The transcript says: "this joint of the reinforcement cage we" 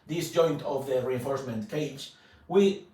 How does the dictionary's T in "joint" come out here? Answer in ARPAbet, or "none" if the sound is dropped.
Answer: T